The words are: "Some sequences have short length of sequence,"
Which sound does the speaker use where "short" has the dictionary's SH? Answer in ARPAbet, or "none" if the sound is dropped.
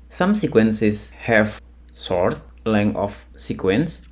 S